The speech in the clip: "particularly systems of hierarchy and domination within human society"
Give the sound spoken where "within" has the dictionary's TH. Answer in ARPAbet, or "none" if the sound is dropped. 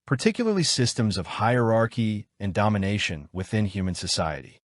TH